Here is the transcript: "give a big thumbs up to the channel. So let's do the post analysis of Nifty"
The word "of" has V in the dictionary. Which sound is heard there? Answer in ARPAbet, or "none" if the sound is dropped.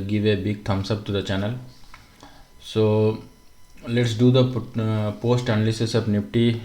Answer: B